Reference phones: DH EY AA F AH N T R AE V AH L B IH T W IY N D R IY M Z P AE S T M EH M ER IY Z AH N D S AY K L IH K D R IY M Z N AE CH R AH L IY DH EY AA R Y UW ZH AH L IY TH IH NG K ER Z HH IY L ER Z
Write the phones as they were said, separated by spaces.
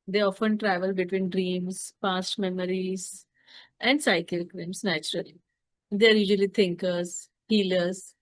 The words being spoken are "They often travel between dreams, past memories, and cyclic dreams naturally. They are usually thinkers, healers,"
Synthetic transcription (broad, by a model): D EY AA F AH N T R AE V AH L B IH T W IY N D R IY M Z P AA S T M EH M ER IY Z AH N D S AY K IH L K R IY M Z N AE CH R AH L IY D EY AA R Y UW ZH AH L IY T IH NG K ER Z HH IY L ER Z